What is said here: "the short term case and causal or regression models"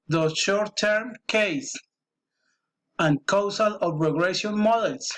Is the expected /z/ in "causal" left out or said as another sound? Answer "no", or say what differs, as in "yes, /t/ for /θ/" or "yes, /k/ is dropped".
yes, /s/ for /z/